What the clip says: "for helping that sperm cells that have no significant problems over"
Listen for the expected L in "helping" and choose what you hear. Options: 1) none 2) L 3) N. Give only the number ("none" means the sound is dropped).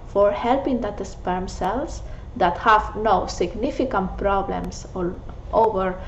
2